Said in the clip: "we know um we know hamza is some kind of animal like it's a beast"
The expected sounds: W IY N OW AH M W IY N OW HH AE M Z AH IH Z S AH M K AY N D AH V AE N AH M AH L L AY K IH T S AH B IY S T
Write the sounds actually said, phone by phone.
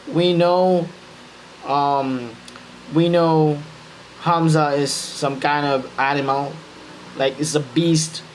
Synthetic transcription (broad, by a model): W IY N OW AH M W IY N OW HH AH M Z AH IH Z S AH M K AY N D AH V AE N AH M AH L L AY K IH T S AH B IY S T